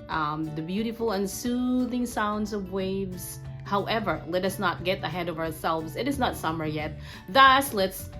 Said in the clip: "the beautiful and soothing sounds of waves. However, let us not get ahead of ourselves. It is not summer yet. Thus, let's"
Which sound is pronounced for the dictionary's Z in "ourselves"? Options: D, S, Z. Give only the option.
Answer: Z